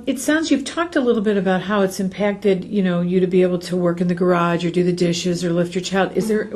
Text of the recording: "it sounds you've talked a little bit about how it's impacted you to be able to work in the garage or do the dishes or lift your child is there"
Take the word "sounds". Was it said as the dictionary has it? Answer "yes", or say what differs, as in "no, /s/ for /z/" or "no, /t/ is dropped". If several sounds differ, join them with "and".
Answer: yes